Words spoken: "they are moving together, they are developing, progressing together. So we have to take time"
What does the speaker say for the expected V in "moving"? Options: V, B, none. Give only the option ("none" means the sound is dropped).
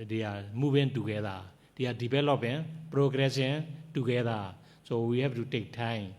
B